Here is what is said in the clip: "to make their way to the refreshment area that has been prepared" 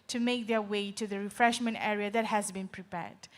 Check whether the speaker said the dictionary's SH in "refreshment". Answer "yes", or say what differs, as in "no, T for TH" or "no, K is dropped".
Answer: yes